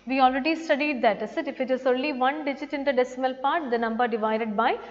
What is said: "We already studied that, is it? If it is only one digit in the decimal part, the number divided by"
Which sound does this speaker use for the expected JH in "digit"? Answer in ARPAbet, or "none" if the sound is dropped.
JH